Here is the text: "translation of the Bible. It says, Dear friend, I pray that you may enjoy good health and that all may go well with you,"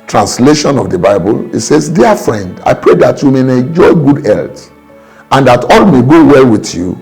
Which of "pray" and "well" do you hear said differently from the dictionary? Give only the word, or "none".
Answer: none